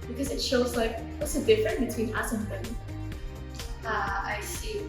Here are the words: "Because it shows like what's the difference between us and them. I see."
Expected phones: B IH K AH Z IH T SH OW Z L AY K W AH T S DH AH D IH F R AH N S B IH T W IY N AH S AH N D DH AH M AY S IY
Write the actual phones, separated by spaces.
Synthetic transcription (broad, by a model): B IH K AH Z IH T SH OW Z L AY K W AH T S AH D IH F R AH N B IH T W IY N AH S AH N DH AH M AY S IY